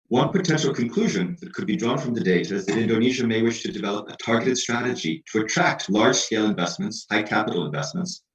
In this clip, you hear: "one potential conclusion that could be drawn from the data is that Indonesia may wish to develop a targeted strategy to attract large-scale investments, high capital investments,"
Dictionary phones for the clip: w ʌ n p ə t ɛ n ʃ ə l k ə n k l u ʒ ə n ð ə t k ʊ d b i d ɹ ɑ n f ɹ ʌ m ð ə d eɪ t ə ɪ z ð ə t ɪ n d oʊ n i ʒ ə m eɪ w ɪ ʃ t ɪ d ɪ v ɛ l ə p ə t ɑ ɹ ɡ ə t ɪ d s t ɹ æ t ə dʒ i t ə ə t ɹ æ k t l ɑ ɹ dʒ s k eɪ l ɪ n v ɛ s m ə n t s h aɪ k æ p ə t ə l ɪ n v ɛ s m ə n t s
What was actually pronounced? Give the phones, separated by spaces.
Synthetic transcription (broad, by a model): w ʌ n p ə t ɛ n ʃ l k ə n k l u ʒ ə n ð ə t k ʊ d b i d ɹ ɑ n f ɹ ʌ m ð ə d eɪ t ə ɪ z ð ə t ɪ n d oʊ n i ʒ ə m eɪ w ɪ ʃ t ɪ d ɪ v ɛ l ə p ə t ɑ ɹ ɡ ə t ɪ d s t ɹ æ t ə dʒ i t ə ə t ɹ æ k t l ɑ ɹ dʒ s k eɪ l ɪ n v ɛ s m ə n t s h aɪ k æ p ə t l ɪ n v ɛ s m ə n t s